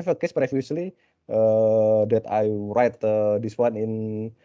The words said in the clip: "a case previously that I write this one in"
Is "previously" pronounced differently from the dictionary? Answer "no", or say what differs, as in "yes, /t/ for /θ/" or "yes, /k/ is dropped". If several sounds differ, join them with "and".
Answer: yes, /f/ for /v/